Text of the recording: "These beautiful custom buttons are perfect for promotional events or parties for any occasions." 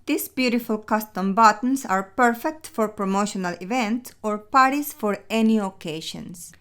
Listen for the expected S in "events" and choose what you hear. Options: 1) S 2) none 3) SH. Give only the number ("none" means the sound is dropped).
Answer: 1